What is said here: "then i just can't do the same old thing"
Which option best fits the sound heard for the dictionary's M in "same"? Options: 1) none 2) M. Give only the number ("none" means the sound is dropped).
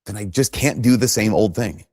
2